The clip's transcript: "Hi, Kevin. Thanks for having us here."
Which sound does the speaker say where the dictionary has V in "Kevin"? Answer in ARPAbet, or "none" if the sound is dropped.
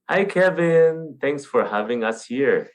V